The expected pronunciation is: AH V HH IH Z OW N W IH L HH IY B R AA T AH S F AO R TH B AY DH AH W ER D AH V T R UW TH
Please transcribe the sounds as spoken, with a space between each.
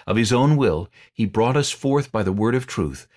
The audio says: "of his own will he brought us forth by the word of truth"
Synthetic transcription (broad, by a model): AH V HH IH Z OW N W IH L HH IY B R AA T AH S F AO R TH B AY DH AH W ER D AH V T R UW TH